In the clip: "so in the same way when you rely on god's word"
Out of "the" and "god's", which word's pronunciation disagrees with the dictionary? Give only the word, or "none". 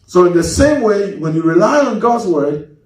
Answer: none